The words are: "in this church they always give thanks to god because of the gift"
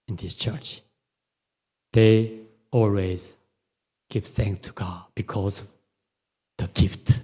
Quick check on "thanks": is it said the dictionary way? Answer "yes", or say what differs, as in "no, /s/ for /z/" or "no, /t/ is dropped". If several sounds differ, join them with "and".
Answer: yes